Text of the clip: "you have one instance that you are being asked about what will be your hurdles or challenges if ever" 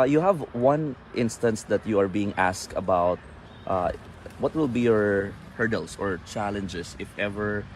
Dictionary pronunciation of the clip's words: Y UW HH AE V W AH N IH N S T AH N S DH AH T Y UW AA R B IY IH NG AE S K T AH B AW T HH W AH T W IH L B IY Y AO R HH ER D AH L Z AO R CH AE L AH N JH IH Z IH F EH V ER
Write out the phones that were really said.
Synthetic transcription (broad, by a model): Y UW HH AE V W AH N IH N S T AH N S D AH T Y UW AA R B IY IH NG AE S K T AH B AW T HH W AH T W IH L B IY Y AO R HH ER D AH L S AO R CH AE L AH N JH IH S IH F EH V ER